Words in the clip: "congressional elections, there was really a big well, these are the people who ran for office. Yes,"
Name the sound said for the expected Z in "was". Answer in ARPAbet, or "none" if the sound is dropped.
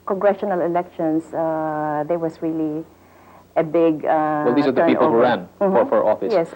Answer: S